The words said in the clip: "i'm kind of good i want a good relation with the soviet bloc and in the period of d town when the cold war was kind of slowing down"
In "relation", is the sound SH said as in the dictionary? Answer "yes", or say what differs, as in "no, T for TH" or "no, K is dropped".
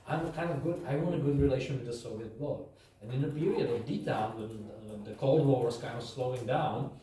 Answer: yes